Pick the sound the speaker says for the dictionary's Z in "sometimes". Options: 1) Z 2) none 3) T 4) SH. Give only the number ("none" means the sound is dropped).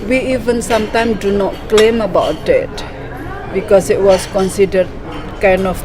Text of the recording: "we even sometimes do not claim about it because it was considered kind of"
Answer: 2